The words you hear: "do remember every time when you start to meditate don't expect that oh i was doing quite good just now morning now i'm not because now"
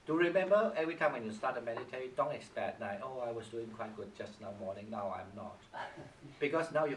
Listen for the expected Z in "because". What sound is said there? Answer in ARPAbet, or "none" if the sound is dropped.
S